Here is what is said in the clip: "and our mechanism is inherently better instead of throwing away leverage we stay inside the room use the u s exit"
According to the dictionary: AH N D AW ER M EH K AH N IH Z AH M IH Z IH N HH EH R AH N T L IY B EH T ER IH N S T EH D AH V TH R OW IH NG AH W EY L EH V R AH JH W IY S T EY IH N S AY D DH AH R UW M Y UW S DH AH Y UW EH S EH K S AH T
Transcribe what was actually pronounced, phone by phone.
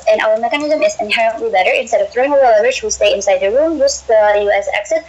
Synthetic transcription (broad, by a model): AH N AW ER M EH K AH N IH Z AH M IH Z IH N HH EH R AH N T L IY B EH T ER IH N S T EH D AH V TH R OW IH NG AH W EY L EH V AH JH W IY S T EY IH N S AY D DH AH R UW M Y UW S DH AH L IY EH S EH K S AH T